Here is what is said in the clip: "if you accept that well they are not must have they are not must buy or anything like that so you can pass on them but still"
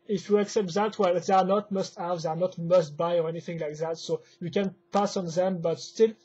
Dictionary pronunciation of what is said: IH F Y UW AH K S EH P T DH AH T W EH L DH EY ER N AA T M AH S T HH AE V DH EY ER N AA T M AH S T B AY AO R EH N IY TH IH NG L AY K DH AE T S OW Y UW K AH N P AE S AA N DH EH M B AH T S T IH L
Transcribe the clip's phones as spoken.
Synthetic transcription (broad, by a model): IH F Y UW AH K S EH P T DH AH T W EH L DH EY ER N AA T M AH S T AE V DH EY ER N AA T M AH S T B AY AO R EH N IY TH IH NG L AY K DH AE T S OW Y UW K AH N P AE S AA N DH EH M B AH T S T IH L